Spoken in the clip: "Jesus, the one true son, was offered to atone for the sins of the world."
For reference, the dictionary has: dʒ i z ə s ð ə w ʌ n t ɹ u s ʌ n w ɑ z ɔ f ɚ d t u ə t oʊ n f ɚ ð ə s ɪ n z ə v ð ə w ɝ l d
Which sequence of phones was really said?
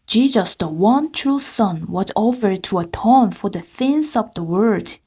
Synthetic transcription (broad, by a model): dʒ i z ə s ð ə w ʌ n t ɹ u s ʌ n w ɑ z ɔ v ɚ t u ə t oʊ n f ɚ ð ə θ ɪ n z ə v ð ə w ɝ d